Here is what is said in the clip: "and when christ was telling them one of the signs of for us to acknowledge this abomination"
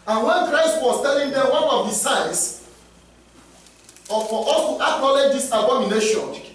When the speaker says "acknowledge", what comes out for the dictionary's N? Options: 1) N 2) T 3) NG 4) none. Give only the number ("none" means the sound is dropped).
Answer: 4